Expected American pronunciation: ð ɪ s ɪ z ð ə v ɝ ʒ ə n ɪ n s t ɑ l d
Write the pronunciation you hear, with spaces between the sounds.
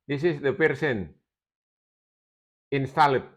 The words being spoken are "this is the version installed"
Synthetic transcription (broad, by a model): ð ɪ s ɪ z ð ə p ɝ s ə n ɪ n s t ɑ l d